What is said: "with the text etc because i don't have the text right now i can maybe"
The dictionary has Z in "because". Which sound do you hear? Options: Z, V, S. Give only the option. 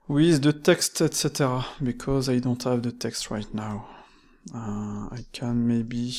Z